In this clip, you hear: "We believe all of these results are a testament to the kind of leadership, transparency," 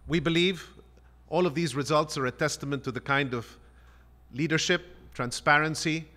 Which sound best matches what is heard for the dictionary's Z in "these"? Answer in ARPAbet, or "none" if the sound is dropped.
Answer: Z